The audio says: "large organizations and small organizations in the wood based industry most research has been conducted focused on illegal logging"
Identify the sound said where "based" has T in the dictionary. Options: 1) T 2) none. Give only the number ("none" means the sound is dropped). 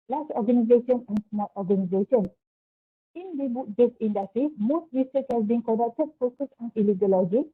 2